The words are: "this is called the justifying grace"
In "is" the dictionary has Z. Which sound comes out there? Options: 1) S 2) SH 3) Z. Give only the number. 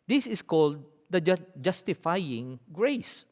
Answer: 1